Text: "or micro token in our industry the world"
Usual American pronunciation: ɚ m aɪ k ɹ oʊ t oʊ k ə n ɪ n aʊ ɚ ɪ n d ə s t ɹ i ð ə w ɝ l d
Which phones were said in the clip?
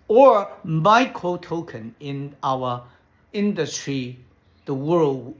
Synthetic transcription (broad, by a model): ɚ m aɪ k oʊ t oʊ k ə n ɪ n aʊ ɚ ɪ n d ə s t ɹ i ð ə w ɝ l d